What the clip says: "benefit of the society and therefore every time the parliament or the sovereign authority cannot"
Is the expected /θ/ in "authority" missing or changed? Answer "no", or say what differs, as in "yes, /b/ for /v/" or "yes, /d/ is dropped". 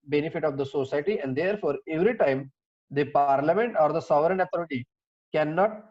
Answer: yes, /t/ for /θ/